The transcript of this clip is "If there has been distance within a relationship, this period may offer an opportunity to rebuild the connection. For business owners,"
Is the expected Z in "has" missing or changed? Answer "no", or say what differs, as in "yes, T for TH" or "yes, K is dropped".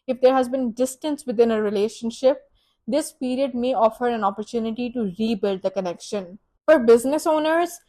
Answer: no